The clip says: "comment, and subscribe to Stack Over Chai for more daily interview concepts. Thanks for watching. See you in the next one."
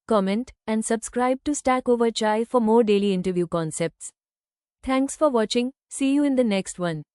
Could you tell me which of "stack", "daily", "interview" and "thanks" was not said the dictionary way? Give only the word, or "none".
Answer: thanks